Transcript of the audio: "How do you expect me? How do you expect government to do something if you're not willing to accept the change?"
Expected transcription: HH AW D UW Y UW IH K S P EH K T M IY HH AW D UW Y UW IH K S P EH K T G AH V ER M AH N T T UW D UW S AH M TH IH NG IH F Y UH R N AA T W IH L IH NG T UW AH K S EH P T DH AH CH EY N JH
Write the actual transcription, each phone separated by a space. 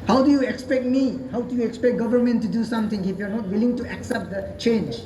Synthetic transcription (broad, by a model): HH AW D UW Y UW IH K S P EH K T M IY HH AW D UW Y UW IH K S P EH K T G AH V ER M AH N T T UW D UW S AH M T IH NG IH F Y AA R N AA T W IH L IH NG T UW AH K S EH P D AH CH EY N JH